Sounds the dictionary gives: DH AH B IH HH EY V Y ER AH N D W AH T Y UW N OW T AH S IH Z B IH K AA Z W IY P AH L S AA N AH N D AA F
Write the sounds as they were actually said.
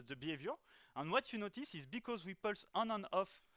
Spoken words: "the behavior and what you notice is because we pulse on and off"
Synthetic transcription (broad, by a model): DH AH B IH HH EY V Y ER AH N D W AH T Y UW N OW T AH S IH Z B IH K AA Z W IY P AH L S AA N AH N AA F